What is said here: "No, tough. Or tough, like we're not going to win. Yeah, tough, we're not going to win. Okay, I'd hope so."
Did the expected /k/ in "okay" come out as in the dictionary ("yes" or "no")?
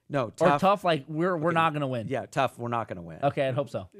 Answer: yes